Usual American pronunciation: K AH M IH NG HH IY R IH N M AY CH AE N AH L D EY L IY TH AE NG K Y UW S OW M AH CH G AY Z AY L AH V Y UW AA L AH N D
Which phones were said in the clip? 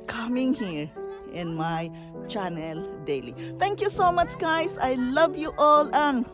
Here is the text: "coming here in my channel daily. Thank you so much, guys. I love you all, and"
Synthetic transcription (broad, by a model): K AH M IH NG HH IY R IH N M AY CH AE N AH L D EY L IY T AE NG K Y UW S OW M AH CH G AY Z AY L AH V Y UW AA L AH N